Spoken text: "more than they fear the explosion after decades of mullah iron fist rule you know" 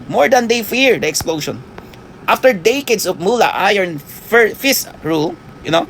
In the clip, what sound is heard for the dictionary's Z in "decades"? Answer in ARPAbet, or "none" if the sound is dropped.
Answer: S